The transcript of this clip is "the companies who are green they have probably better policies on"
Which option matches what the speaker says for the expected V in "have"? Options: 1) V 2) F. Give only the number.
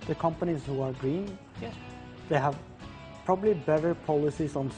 1